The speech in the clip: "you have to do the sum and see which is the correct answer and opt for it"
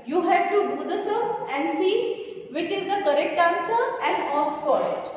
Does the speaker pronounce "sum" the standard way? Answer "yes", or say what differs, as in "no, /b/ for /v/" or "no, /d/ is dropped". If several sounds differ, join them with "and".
no, /m/ is dropped